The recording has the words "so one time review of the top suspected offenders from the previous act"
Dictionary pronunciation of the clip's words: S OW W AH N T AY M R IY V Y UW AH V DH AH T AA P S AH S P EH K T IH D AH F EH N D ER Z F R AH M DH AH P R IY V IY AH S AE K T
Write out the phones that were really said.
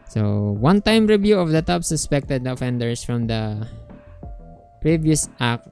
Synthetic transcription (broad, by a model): S OW W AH N T AY M R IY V Y UW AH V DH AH T AA P S AH S P EH K T IH D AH F EH N D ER S F R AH M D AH P R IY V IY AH S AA K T